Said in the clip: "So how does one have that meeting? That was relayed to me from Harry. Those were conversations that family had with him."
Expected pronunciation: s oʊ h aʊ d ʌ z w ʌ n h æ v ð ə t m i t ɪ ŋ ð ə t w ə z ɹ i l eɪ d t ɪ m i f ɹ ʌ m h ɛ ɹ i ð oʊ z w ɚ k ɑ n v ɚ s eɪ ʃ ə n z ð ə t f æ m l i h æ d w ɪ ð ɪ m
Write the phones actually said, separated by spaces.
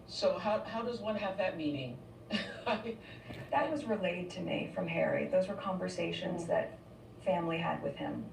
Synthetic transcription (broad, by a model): s oʊ h aʊ d ʌ z w ʌ n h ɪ v ð ə t m i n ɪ ŋ ð ə t w ə z ɹ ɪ l eɪ d t ɪ m i f ɹ ʌ m h ɛ ɹ i ð oʊ z w ɚ k ɑ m v ɚ s eɪ ʃ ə n z ð ə t f æ m l i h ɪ d w ɪ ð ɪ m